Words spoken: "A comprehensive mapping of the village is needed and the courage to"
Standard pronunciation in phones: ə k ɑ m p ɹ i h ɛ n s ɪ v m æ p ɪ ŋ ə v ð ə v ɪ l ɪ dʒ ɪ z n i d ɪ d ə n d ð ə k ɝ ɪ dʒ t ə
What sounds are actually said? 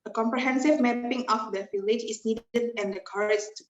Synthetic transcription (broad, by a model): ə k ɑ m p ɹ i h ɛ n s ɪ v m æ p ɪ ŋ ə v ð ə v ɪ l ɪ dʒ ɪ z n i d ɪ d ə n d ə k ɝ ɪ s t